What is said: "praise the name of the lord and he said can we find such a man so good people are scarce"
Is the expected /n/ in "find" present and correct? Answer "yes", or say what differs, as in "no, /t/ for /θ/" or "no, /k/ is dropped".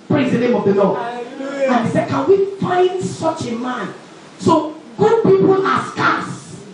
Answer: yes